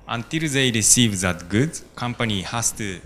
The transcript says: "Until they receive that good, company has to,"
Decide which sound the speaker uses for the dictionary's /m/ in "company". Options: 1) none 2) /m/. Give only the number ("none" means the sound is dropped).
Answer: 2